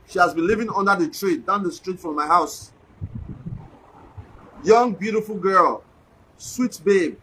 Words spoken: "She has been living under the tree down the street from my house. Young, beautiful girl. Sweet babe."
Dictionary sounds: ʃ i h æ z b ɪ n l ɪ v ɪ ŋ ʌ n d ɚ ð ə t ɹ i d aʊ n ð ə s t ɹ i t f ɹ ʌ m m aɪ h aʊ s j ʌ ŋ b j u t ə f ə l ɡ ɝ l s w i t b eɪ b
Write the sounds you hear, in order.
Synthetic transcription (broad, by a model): ʃ i h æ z b ɪ n l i v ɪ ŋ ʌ n d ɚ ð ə t ɹ i d aʊ n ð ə s t ɹ i t f ɹ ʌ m m aɪ h aʊ s j ʌ ŋ b j u t ə f ə l ɡ ɝ l s w i t b eɪ b